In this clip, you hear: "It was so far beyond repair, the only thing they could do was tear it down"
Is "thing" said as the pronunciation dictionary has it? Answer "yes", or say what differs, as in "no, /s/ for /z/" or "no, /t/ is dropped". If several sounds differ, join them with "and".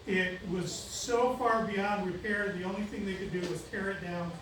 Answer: yes